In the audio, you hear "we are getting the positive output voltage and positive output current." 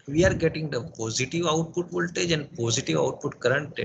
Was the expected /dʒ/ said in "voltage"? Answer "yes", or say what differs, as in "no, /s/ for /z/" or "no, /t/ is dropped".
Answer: yes